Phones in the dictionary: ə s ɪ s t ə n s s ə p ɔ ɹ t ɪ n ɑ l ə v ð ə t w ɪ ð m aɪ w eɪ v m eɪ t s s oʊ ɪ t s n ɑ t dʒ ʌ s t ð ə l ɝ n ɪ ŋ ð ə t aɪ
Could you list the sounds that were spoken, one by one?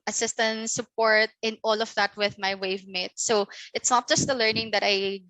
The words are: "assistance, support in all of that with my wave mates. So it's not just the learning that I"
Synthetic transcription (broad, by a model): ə s ɪ s t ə n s s ə p ɔ ɹ t ɪ n ɑ l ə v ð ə t w ɪ ð m aɪ w eɪ v m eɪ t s s oʊ ɪ t s n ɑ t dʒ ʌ s t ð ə l ɝ n ɪ ŋ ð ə t aɪ